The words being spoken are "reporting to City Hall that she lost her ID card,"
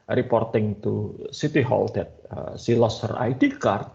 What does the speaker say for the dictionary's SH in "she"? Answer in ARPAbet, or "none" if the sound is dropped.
S